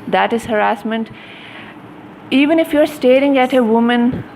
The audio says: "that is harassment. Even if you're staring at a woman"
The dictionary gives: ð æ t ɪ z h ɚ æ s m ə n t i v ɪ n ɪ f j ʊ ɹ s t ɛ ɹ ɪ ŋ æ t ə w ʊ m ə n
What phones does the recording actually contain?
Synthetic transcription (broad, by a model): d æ t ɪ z h ɚ æ s m ə n t i v ɪ n ɪ f j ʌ ɹ s t ɛ ɹ ɪ ŋ æ t ə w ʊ m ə n